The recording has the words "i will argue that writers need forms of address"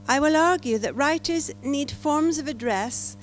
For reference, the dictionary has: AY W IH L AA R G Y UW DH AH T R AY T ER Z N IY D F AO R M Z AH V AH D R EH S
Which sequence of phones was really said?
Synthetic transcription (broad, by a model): AY W IH L AA R G Y UW DH AH T R AY T ER Z N IY D F AO R M Z AH V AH D R EH S